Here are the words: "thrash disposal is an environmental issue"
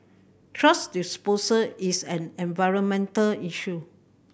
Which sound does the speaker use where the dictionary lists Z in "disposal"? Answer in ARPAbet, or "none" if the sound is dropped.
S